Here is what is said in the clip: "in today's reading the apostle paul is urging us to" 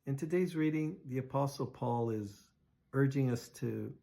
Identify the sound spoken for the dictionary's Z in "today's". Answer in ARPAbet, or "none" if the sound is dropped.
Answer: Z